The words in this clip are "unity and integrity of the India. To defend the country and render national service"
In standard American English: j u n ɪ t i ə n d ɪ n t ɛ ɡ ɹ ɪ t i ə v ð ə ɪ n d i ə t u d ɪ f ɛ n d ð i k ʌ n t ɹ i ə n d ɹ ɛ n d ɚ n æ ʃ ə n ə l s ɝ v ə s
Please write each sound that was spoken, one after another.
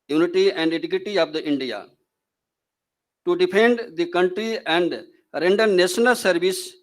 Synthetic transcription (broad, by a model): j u n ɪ t i ə n d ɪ t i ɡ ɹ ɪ t i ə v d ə ɪ n d i ə t u d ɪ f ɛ n d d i k ʌ n t ɹ i ə n d ɹ ɛ n d ɚ n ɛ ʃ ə n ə l s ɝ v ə s